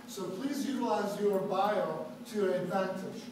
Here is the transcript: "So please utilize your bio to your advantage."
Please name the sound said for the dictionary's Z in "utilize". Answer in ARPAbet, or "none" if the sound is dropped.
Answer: Z